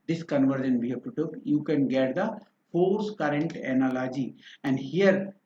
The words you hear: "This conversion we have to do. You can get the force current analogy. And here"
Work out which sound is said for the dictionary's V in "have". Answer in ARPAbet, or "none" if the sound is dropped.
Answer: P